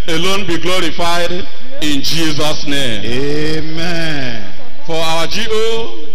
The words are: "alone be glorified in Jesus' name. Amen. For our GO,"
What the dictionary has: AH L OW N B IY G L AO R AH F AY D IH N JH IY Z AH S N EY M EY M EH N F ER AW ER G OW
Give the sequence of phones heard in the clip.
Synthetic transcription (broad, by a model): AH L OW N B IY G L AO R AH F AY D IH N JH IY Z AH S N EY M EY M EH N F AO AW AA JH OW